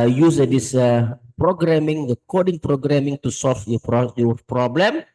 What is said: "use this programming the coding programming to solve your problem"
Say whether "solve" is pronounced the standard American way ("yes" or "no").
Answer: no